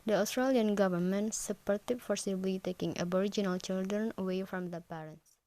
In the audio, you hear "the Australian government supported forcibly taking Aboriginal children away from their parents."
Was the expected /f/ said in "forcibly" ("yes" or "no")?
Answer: yes